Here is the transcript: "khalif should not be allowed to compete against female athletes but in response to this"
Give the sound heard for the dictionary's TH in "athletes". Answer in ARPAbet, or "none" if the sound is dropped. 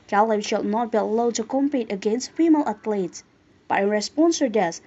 T